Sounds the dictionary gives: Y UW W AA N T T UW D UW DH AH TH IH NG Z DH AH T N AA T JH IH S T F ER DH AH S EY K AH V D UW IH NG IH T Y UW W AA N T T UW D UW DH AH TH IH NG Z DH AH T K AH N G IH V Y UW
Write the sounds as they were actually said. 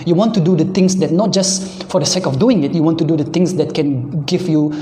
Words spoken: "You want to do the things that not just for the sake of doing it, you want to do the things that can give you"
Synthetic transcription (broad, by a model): Y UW W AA N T T UW D UW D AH T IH NG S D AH T N AA T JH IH S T F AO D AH S EY K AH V D UW IH NG IH T Y UW W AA N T T UW D UW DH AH T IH NG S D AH T K AH N G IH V Y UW